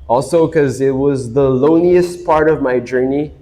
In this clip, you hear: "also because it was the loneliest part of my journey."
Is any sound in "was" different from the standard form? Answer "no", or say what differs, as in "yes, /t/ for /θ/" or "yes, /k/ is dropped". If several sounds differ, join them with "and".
no